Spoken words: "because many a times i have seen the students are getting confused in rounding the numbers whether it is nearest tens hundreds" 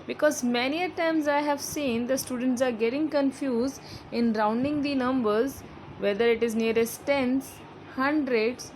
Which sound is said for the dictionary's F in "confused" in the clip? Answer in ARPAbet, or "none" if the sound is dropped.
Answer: F